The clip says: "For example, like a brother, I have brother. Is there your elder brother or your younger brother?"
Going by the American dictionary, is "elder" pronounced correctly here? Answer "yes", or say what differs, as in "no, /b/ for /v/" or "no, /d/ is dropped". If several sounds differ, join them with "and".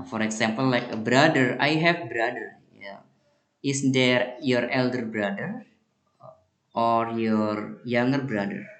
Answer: yes